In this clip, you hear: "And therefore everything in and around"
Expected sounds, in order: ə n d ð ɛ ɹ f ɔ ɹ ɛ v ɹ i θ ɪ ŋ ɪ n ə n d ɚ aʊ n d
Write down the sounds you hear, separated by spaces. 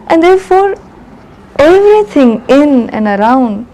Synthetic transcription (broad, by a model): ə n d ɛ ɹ f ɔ ɹ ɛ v ɹ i t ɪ ŋ ɪ n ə n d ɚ aʊ n d